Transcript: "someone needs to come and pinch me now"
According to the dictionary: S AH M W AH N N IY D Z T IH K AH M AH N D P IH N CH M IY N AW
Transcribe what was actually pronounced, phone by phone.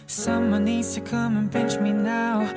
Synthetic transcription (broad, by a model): S AH M W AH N N IY D Z T IH K AH M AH N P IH N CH M IY N AW